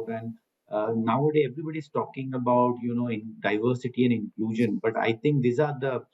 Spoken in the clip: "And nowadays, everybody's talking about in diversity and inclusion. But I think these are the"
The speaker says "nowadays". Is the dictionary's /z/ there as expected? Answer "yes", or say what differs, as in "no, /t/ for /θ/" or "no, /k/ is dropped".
no, /z/ is dropped